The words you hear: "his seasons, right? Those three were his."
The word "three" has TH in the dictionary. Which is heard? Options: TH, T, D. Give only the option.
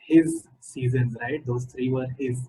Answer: T